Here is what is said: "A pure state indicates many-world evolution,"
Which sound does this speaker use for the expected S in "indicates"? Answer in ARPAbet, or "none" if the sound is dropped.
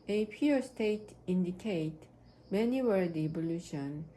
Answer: none